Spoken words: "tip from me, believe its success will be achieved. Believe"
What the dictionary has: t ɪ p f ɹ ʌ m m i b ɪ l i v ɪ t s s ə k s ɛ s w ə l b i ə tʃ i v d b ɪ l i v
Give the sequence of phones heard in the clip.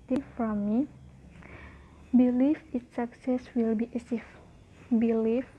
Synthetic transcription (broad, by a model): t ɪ f ɹ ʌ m m i b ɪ l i f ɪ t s s ə k s ɛ s w ə l b i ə s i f b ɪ l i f